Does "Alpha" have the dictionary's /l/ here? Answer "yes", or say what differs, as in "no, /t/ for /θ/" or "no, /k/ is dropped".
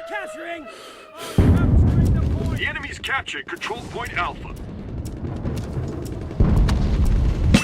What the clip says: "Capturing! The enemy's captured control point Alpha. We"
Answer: yes